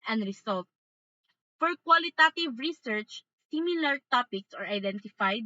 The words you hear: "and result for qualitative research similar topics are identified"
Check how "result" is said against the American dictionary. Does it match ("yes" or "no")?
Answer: no